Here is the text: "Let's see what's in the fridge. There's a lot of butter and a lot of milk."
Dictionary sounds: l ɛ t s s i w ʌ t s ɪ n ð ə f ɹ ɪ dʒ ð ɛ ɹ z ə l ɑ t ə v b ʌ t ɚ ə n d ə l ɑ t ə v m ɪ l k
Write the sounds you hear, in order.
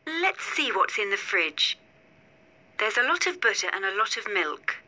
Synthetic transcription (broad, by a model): l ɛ t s s i w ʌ t s ɪ n ð ə f ɹ ɪ dʒ ð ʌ ɹ z ə l ɑ t ə v b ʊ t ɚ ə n ə l ɑ t ə v m ɪ l k